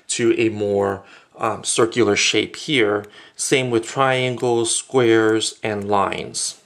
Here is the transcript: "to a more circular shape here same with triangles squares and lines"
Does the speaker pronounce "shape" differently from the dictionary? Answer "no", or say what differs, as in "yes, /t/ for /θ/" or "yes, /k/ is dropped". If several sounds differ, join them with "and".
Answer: no